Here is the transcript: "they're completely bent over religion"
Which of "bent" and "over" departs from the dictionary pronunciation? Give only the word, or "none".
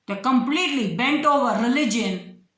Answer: none